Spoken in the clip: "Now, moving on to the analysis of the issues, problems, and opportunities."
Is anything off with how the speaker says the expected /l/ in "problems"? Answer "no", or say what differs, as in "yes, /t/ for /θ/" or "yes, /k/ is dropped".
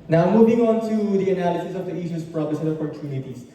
yes, /l/ is dropped